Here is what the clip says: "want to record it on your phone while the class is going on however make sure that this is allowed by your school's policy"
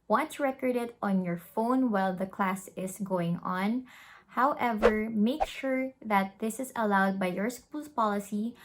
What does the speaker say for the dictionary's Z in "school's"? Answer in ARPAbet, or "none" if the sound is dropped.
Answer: S